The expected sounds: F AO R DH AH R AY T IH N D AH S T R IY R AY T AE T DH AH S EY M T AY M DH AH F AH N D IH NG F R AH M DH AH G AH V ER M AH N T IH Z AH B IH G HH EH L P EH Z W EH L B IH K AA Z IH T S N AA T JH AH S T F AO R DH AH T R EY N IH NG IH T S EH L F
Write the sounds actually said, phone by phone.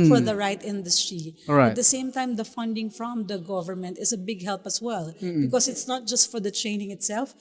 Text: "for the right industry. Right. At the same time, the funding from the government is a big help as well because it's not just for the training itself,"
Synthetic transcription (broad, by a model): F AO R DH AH R AY T IH N D AH S T R IY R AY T T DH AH S EY M T AY M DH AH F AH N D IH NG F R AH M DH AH G AH V ER M AH N T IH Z AH B IH G HH EH L P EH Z W EH L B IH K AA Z IH T S N AA T JH AH S T F AO R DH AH T R EY N IH NG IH T S EH L F